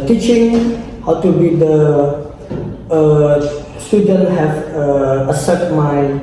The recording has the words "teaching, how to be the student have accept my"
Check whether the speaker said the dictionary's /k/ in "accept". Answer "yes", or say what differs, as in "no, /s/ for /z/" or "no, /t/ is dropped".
no, /k/ is dropped